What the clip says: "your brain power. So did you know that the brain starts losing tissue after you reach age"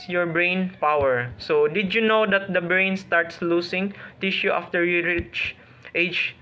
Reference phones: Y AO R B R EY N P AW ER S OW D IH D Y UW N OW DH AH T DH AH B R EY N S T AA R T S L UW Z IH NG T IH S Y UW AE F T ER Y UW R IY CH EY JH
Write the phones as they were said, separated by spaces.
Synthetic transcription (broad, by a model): Y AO R B R EY N P AW ER S OW D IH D Y UW N OW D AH T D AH B R EY N S T AA R T S L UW S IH NG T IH SH Y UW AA F T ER Y UW R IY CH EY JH